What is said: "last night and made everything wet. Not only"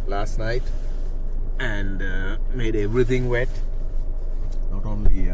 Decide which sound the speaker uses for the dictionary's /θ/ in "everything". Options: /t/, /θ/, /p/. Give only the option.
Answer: /t/